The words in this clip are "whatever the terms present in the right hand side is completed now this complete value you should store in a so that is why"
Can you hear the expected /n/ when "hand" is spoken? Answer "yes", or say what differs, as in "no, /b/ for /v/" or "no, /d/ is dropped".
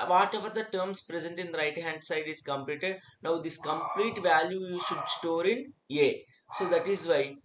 yes